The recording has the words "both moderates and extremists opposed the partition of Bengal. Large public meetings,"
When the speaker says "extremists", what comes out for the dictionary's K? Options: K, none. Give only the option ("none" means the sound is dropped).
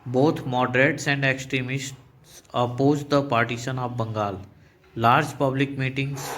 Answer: K